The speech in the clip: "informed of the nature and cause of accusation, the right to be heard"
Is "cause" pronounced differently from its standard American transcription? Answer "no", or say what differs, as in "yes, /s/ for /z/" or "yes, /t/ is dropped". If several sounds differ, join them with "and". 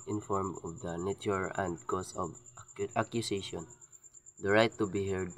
yes, /s/ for /z/